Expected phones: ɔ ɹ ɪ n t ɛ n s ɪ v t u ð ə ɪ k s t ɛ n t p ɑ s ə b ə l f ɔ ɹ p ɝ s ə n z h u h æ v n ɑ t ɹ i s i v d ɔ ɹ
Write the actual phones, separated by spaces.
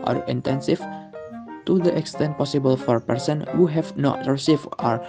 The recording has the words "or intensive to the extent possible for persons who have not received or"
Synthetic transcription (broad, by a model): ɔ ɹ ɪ n t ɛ n s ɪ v t u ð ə ɪ k s t ɛ n t p ɑ s ə b ə l f ɔ ɹ p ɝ s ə n h u h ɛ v n ɑ t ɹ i s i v ɔ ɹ